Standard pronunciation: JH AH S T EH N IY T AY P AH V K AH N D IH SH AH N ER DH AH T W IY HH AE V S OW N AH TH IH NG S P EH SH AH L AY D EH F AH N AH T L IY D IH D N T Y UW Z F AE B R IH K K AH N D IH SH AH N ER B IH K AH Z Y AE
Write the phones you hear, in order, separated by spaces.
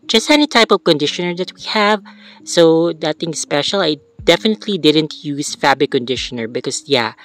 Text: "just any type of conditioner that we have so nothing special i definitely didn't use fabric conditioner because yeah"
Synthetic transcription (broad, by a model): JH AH S T EH N IY T AY P AH V K AH N D IH SH AH N ER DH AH T W IY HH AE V S OW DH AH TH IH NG S P EH SH AH L AY D EH F AH N AH T L IY D IH D N T Y UW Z F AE B IH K K AH N D IH SH AH N ER B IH K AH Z Y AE